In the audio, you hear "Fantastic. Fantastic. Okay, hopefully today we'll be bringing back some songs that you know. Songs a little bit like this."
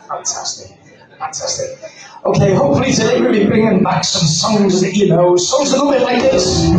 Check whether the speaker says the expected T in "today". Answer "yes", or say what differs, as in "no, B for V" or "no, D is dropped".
no, S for T